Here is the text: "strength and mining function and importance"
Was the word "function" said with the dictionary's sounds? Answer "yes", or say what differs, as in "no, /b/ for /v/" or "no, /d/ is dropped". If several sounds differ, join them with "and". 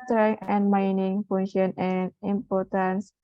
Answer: no, /k/ is dropped